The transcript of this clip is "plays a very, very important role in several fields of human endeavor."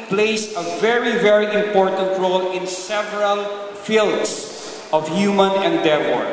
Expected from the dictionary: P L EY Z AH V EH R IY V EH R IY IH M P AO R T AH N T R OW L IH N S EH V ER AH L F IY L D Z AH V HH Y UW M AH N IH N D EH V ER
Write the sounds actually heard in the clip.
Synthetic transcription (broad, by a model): P L EY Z AH V EH R IY V EH R IY IH M P AO R T AH N T R OW L IH N S EH V ER AH L F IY L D S AH V HH Y UW M AH N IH N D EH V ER